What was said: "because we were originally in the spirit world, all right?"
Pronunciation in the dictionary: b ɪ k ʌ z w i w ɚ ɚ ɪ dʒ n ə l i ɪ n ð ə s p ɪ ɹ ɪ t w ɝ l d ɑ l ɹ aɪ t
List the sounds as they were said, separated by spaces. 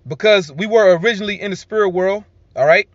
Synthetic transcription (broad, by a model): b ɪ k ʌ z w i w ɚ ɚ ɪ dʒ n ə l i ɪ n ð ə s p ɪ ɹ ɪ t w ɝ l d ɑ l ɹ aɪ t